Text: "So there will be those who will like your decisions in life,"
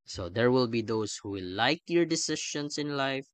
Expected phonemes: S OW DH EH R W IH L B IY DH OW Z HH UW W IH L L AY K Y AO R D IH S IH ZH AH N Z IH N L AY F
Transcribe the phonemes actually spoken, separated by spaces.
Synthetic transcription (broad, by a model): S OW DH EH R W IH L B IY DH OW S HH UW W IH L L AY K Y AO R D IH S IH SH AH N S IH N L AY F